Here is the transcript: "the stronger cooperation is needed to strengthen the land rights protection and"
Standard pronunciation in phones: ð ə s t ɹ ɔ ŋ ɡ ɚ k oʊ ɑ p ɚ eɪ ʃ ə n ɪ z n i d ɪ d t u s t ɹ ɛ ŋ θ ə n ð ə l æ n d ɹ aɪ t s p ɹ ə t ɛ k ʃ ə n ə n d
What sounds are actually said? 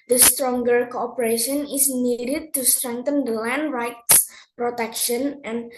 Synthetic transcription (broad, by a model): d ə s t ɹ ɔ ŋ ɡ ɚ k oʊ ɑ p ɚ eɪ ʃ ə n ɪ s n i d ɪ d t u s t ɹ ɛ ŋ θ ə n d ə l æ n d ɹ aɪ t s p ɹ ə t ɛ k ʃ ə n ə n